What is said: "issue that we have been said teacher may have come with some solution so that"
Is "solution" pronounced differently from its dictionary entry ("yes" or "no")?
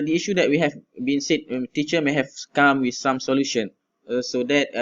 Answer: no